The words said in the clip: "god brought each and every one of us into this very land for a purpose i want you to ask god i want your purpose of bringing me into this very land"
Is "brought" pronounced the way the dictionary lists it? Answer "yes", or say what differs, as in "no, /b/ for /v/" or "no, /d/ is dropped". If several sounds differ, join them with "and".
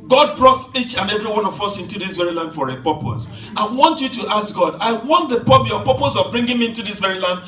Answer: yes